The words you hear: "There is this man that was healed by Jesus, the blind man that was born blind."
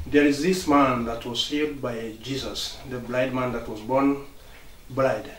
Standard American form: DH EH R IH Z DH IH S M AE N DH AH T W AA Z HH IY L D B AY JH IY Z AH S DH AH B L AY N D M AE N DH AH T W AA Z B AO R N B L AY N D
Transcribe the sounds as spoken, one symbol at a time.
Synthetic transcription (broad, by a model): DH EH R IH Z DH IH S M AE N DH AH T W AA Z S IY D B AY JH IY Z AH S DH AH B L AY D M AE N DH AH T W AA Z B AO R N B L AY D